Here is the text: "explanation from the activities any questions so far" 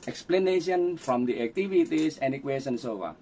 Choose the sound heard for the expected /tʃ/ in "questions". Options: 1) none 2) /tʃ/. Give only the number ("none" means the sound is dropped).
1